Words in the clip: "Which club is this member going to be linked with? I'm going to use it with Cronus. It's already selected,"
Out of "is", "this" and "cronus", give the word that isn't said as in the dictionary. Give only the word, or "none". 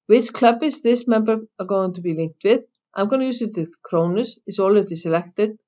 is